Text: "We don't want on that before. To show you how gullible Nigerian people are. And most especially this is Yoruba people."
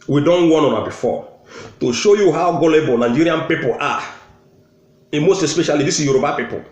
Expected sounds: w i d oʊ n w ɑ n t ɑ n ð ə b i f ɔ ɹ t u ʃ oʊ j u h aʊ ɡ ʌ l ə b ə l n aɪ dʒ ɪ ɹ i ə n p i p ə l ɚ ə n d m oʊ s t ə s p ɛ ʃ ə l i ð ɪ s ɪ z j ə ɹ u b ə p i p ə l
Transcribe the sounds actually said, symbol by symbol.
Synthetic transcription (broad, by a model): w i d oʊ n w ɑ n ɑ n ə b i f ɔ t u ʃ oʊ j u h aʊ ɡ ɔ l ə b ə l n aɪ dʒ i ɹ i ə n p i p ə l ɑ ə m oʊ s t ə s p ɛ ʃ ə l i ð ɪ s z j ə ɹ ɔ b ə p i p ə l